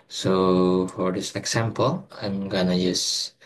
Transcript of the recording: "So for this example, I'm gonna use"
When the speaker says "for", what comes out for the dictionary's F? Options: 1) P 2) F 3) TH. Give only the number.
2